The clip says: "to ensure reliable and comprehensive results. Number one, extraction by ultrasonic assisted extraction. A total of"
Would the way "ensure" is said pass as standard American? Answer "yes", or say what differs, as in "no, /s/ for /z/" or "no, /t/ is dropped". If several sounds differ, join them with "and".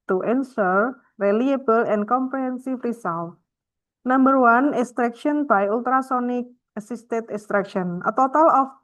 no, /s/ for /ʃ/